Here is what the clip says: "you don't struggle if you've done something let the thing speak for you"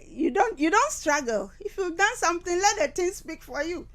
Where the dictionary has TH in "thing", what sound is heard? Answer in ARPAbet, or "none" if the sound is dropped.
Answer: T